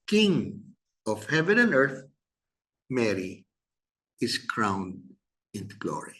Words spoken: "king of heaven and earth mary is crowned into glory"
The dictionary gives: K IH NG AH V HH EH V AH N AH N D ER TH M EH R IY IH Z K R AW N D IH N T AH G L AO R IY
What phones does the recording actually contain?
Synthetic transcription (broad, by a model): K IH NG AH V HH EH V AH N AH N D ER TH M EH R IY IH S K R AW N D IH N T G L AO R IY